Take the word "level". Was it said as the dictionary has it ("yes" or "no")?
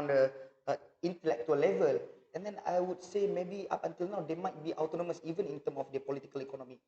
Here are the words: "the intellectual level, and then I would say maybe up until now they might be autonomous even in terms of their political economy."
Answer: yes